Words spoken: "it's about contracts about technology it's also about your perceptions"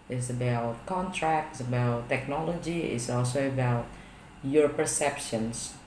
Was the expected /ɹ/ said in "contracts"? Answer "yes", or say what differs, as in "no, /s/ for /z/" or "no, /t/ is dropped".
yes